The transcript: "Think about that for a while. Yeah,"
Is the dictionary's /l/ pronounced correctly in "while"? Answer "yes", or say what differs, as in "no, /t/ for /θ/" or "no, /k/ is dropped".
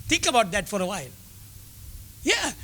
yes